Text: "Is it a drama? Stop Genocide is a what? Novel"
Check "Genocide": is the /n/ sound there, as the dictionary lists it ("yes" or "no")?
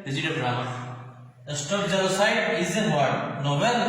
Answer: no